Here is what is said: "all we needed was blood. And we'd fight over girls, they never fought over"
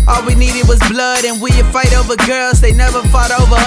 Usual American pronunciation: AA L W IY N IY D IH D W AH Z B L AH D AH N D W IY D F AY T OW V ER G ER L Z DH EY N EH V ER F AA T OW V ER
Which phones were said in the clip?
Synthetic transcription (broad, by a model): AA L W IY N IY D IH D W AH Z B L AH D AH N W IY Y F AY T OW V ER G ER L Z DH EY N EH V ER F AA T OW V ER